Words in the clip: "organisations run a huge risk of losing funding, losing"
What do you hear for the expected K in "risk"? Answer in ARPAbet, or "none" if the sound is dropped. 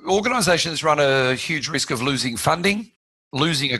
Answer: K